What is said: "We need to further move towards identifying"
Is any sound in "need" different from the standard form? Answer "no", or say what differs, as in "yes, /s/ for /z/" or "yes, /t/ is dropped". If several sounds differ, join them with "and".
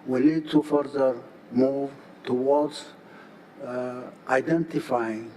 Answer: yes, /l/ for /n/